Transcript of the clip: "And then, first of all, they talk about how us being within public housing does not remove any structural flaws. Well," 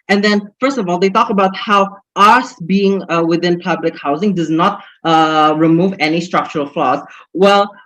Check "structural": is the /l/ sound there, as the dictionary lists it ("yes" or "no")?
yes